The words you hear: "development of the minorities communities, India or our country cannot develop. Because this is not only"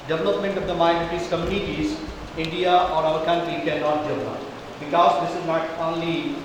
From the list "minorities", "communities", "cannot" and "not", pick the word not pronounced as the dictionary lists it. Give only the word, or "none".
minorities